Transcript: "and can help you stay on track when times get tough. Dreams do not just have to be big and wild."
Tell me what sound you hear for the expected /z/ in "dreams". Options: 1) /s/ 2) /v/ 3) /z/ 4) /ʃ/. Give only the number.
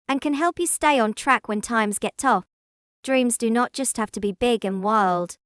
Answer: 3